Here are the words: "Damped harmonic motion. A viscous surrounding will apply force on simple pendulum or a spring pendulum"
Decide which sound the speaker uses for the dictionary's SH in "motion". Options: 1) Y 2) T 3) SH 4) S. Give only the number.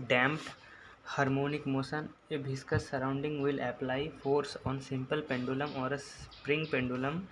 4